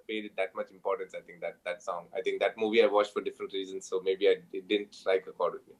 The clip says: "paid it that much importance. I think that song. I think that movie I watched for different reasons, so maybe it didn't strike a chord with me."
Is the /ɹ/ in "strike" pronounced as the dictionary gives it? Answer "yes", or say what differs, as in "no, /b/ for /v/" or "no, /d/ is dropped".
no, /l/ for /ɹ/